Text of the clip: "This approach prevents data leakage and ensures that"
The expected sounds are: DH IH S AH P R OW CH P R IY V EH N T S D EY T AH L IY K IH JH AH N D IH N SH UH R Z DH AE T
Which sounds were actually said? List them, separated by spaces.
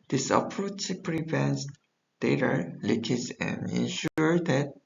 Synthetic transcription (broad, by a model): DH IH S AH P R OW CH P R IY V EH N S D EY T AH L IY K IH Z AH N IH N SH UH R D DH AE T